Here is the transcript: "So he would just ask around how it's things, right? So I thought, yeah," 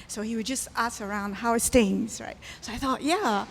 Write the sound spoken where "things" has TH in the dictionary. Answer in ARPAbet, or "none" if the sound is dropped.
T